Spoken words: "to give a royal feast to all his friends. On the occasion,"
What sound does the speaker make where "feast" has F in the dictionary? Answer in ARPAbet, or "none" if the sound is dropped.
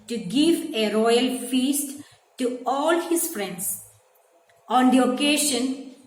F